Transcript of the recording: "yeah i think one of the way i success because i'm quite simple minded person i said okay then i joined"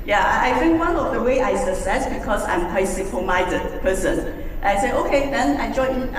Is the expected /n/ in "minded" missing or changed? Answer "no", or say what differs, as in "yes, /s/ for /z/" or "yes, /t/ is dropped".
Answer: yes, /n/ is dropped